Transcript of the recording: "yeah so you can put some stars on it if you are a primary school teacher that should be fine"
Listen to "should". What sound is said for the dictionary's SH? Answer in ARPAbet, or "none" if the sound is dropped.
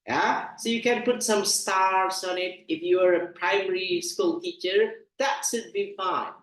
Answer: S